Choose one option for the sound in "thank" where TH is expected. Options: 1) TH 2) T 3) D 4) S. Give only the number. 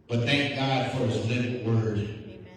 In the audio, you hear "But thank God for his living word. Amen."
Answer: 1